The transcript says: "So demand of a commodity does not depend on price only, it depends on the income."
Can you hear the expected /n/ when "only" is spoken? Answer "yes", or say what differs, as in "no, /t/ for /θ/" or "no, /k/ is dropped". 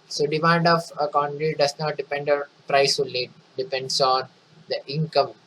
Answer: no, /n/ is dropped